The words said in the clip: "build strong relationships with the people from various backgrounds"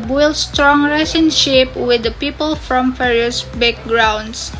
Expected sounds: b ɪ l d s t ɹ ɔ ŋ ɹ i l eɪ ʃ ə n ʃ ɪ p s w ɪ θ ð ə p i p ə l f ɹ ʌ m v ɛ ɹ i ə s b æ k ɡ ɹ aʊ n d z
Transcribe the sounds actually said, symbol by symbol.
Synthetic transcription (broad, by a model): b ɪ l s t ɹ ɔ ŋ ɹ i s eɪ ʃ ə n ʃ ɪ p w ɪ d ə p i p ə l f ɹ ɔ m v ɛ ɹ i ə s b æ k ɡ ɹ aʊ n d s